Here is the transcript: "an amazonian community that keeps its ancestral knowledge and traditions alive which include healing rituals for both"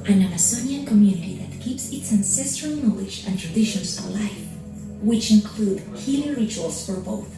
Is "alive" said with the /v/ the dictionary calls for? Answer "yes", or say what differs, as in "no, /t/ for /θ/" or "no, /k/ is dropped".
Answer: no, /f/ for /v/